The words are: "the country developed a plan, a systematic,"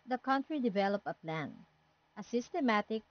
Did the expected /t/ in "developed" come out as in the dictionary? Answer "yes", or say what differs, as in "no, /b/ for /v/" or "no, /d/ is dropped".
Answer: no, /t/ is dropped